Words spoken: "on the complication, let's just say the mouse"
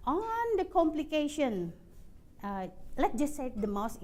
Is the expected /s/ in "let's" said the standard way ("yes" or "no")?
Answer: no